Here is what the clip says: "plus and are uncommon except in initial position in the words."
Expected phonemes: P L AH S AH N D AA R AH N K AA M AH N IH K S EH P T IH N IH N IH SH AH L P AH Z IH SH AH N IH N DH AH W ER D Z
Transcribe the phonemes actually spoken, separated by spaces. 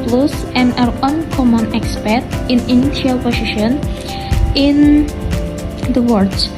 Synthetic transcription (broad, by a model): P L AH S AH N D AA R AH N K AA M AH N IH K S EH T IH N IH N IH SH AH L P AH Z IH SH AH N IH N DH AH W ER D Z